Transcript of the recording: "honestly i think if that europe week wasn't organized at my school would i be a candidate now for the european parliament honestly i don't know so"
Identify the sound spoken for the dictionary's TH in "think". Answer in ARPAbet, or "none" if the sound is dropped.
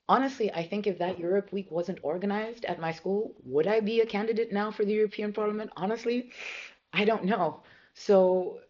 TH